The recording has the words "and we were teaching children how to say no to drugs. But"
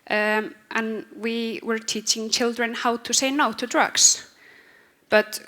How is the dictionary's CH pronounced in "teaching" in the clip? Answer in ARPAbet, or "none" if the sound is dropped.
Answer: CH